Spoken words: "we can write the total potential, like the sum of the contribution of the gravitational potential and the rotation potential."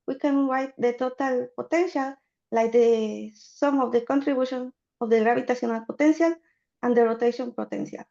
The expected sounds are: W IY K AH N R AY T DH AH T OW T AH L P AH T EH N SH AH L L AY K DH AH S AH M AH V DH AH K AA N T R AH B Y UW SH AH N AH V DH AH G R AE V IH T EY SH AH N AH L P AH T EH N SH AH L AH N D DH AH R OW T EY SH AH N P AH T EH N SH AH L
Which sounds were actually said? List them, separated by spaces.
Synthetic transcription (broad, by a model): W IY K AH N W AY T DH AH T OW T AH L P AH T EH N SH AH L L AY K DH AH S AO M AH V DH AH K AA N T R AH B Y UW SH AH N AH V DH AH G R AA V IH T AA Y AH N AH L P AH T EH N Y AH L AH N D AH R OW T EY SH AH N P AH T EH N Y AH L